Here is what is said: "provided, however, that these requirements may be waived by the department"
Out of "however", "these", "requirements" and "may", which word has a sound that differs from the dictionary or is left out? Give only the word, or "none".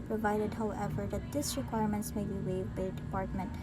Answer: these